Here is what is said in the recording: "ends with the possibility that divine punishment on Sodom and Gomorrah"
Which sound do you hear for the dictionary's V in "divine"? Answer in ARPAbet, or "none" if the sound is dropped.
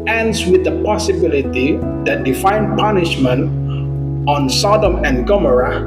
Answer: F